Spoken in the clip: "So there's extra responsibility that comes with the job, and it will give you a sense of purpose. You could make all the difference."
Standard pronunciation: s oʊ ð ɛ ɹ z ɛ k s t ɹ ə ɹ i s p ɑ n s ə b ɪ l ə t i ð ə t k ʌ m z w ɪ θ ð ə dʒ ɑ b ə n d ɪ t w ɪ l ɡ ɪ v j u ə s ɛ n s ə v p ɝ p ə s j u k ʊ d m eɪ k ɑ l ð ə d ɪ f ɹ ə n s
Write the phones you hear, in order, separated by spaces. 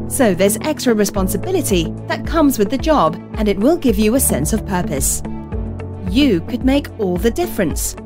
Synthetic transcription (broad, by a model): s oʊ ð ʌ ɹ z ɛ k s t ɹ ə ɹ i s p ɑ n s ə b ɪ l ə t i ð ə t k ʌ m z w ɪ ð ə dʒ ɑ b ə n ɪ t w ɪ l ɡ ɪ v j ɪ ə s ɛ n s ə v p ɝ p ə s j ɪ k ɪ d m eɪ k ɑ l ð ə d ɪ f ɹ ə n s